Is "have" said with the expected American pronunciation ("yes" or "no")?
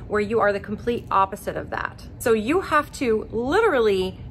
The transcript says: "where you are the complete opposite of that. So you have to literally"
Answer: no